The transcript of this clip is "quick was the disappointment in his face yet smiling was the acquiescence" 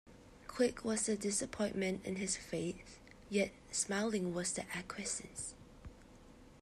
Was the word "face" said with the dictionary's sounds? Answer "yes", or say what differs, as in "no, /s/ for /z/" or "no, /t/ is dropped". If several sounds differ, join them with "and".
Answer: no, /θ/ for /s/